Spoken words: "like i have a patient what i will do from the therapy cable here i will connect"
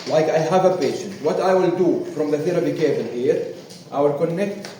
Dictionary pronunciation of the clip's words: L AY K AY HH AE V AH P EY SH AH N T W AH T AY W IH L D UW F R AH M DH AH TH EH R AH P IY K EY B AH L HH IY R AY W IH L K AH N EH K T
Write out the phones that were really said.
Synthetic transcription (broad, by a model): L AY K AY HH AE V AH P EY SH AH N T W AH T AY W IH L D UW F R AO M DH AH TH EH R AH B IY K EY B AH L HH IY R AY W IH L K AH N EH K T